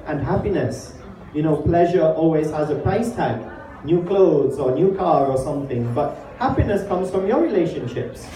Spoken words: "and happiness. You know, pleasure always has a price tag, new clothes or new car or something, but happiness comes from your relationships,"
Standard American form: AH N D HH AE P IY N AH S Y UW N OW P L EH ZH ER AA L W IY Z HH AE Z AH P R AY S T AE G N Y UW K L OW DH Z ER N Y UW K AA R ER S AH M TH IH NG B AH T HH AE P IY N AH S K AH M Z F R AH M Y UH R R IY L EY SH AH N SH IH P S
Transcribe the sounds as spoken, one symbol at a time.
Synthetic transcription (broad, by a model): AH N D HH AE P IY N AH S Y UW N OW P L EH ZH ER AA L W IY Z HH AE Z AH P R AY S T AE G N Y UW K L OW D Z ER N Y UW K AA R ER S AH M TH IH NG B AH T HH AE P IY N AH S K AH M Z F R AH M Y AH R R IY L EY SH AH N SH IH P S